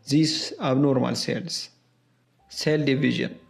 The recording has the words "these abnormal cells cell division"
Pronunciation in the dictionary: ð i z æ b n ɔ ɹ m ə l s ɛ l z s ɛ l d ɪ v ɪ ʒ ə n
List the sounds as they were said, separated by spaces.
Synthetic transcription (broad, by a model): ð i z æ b n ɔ ɹ m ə l s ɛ l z s ɛ l d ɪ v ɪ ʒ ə n